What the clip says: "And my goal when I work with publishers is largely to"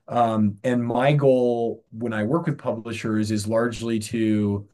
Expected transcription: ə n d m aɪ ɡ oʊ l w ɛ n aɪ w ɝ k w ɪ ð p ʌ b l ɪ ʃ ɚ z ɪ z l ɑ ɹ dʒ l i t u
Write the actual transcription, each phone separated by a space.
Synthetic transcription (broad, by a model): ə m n m aɪ ɡ oʊ l w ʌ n aɪ w ɝ k w ɪ ð p ʌ b l ɪ ʃ ɚ z ɪ z l ɑ ɹ dʒ l i t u